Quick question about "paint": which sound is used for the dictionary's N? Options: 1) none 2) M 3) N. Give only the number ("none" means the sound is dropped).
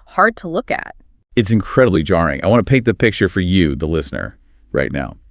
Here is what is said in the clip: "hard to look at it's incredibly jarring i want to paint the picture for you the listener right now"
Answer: 1